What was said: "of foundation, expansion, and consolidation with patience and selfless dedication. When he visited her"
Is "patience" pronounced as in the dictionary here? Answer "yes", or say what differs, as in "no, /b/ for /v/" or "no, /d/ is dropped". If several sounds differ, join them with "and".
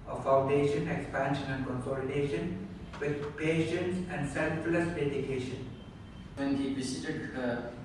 yes